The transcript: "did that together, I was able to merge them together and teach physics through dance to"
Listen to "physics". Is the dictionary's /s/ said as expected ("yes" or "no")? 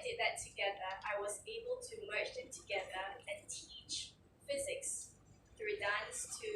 yes